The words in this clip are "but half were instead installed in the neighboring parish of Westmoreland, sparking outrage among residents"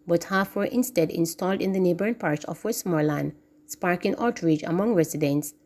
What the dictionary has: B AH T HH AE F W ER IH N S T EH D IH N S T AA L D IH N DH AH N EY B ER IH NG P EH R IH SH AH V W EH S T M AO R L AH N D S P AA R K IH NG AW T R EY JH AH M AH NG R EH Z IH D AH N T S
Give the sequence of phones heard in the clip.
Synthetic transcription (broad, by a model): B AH T HH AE F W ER IH N S T EH D IH N S T AA L D IH N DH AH N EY B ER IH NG P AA R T S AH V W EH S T M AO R L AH N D S P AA R K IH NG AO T R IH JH AH M AH NG R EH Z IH D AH N T S